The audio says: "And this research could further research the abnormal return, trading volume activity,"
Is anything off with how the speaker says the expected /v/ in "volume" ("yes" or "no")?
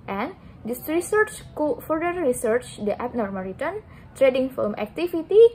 yes